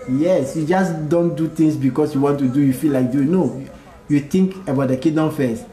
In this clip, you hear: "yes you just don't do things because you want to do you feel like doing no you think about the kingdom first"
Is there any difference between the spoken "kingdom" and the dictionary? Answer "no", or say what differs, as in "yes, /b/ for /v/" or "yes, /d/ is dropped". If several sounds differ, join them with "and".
yes, /ŋ/ is dropped